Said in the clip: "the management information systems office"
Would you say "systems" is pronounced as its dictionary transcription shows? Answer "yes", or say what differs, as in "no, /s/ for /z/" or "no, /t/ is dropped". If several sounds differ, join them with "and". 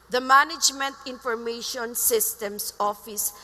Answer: no, /s/ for /z/